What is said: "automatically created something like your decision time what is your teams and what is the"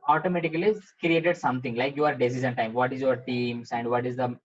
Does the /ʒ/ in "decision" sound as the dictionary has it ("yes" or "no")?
no